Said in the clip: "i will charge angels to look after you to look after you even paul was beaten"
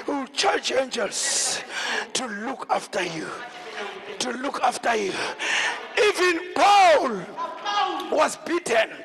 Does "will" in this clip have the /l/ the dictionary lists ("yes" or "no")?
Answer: no